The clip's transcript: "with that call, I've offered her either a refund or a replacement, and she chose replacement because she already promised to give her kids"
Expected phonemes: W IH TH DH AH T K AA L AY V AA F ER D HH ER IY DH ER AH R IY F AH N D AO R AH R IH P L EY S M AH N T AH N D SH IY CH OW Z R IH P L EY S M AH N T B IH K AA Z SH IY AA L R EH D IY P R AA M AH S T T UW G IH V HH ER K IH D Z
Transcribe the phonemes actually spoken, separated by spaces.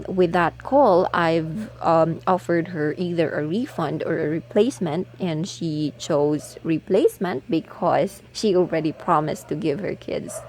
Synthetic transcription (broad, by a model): W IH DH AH T K AA L AY V AA F ER D HH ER IY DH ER AH R IY F AH N D AO R AH R IH P L EY S M AH N T AH N D SH IY CH OW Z R IH P L EY S M AH N T B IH K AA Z SH IY AA L R EH D IY P R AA M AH S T T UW G IH V HH ER K IH D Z